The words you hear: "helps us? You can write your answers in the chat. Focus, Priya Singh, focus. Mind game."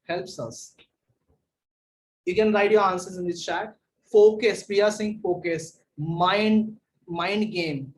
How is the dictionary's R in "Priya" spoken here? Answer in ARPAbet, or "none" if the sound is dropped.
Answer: none